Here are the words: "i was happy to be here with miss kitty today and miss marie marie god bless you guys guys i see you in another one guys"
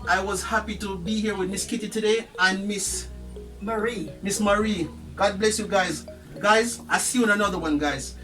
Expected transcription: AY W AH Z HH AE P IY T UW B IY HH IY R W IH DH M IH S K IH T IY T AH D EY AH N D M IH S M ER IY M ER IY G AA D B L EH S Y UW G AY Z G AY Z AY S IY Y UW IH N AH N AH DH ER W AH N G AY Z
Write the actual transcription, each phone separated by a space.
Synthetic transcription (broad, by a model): AY W AH Z HH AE P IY T UW B IY HH IY R W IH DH M IH S K IH T IY T AH D EY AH N M IH S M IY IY M ER IY G AA D B L EH S Y UW G AY Z G AY Z AY S IY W IH N AH N AH DH ER W AH N G AY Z